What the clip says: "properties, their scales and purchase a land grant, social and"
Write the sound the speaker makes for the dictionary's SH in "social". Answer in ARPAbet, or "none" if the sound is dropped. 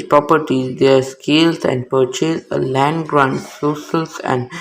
S